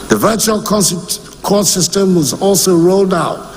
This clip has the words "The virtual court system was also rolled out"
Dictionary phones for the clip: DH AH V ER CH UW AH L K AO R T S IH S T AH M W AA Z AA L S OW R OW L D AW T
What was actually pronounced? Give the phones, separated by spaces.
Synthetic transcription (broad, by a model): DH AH V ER CH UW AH L K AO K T S IH S T AH M W AA Z AA L S OW R OW L D AW T